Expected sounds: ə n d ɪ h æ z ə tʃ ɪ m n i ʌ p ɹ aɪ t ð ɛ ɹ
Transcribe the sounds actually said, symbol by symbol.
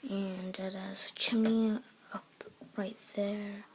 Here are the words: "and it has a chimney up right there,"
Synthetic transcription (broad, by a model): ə n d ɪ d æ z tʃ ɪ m i ʌ p ɹ aɪ t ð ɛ ɹ